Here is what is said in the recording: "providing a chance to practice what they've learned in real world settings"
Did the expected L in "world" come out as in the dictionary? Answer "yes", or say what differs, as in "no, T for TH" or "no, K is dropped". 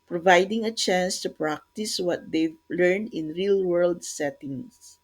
yes